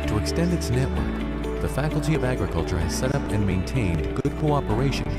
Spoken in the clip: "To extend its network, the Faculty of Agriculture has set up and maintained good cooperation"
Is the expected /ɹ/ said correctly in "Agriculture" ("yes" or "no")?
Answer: yes